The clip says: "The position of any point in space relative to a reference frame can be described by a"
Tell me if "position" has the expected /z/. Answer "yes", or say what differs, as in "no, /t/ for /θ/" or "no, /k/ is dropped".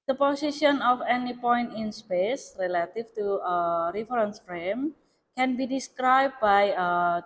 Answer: no, /s/ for /z/